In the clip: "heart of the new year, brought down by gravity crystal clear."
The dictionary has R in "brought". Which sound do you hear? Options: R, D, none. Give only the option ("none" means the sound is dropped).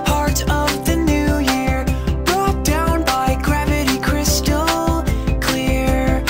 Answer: R